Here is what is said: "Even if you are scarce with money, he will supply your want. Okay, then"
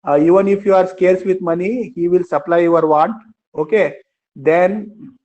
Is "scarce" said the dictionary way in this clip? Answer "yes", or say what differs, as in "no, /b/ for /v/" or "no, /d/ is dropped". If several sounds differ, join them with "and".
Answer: yes